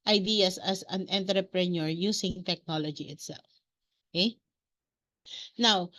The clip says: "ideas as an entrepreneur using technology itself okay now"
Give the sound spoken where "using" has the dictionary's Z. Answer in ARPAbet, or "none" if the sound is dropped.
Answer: S